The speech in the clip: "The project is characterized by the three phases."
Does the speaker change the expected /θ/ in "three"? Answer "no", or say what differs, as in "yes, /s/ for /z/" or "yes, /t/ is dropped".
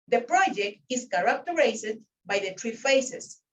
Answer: yes, /t/ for /θ/